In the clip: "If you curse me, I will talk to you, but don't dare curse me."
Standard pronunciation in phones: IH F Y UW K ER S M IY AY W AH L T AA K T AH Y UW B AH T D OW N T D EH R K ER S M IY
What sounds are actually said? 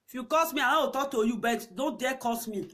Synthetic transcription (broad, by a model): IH F Y UW K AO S M IY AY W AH W T AA K T AH Y UW B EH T D OW N T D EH K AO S M IY